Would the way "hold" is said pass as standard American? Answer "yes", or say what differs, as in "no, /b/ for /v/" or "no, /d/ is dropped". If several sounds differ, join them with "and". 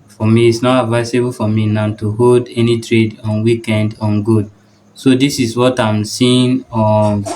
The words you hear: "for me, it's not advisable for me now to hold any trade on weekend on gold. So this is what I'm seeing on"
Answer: yes